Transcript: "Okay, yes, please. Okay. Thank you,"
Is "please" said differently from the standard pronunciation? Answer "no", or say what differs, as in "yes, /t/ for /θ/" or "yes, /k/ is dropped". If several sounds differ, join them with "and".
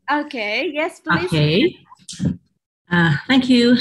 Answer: yes, /z/ is dropped